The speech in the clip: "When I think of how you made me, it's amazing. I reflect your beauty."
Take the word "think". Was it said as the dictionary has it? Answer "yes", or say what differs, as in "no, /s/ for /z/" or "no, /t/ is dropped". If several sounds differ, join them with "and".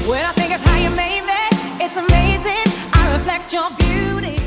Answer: yes